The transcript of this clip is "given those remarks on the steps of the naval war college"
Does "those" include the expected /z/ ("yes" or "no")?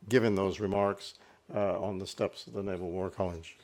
yes